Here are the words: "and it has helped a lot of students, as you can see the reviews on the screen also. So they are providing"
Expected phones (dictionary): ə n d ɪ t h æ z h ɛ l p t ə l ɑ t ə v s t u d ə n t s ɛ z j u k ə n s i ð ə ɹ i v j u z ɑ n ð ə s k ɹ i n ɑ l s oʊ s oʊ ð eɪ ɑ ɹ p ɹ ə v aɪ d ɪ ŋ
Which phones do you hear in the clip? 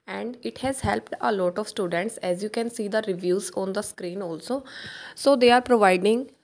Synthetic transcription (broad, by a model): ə n d ɪ t h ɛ z h ɛ l p t ə l ɑ t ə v s t u d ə n t s ɛ z j u k ə n s i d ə ɹ i v j u z ɑ n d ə s k ɹ i n ɑ l s oʊ s oʊ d eɪ ɑ ɹ p ɹ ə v aɪ d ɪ ŋ